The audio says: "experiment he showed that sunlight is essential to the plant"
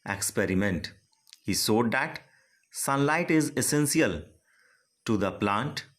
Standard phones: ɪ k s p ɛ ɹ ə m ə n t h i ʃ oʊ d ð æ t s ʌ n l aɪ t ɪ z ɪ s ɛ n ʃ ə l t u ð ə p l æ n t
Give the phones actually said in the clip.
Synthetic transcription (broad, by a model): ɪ k s p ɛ ɹ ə m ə n t h i s oʊ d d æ t s ʌ n l aɪ t ɪ z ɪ s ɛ n s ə l t u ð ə p l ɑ n t